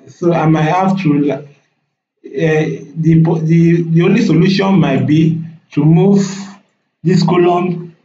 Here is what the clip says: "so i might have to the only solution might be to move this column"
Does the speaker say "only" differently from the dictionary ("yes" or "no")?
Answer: no